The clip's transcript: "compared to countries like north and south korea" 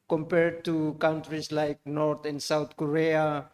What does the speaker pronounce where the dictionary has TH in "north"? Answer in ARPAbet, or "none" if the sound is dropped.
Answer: T